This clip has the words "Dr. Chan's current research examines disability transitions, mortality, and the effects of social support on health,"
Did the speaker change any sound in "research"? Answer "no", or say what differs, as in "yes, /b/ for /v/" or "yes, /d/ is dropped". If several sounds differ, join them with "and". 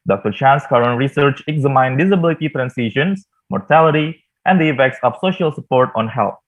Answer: no